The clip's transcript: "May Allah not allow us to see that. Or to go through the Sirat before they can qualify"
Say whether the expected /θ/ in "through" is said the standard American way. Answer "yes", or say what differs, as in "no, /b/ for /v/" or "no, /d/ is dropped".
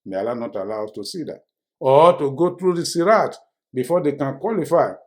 no, /t/ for /θ/